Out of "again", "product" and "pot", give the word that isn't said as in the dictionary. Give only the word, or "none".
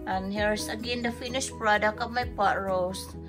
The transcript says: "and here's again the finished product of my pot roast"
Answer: product